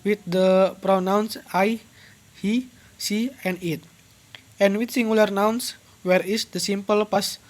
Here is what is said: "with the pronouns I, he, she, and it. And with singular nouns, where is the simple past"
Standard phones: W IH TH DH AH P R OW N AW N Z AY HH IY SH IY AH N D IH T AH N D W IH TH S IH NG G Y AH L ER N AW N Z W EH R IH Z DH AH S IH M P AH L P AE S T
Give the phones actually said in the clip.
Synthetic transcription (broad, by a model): W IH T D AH P R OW N AW N S AY HH IY S IY AH N D IH T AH N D W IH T S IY NG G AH L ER N AW N S W EH R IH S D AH S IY M P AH L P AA S